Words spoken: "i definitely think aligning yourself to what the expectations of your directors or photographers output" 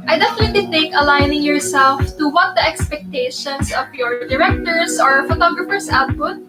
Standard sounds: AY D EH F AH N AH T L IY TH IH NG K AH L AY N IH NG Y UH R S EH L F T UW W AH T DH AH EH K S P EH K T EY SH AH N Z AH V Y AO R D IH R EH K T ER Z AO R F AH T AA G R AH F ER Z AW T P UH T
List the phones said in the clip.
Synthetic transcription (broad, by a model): AY D EH F AH N AH T L IY T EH K AH L AY N IH NG Y UH R S EH L F T UW W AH T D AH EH K S P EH K T EY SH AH N S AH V Y AO R D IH R EH K T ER S AO R F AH T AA G R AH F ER S AW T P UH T